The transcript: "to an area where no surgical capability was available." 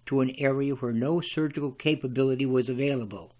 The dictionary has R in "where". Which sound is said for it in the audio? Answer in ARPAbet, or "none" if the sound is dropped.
R